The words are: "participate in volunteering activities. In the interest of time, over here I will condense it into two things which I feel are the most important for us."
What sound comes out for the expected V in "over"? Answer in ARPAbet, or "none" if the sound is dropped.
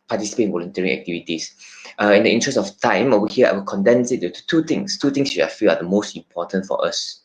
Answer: none